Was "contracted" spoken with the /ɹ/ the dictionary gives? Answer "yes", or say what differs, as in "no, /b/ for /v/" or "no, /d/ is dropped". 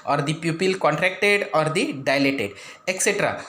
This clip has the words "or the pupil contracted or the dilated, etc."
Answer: yes